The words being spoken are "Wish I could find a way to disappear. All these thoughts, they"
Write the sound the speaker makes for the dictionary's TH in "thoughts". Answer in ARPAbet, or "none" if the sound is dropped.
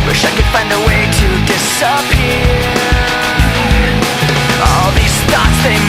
T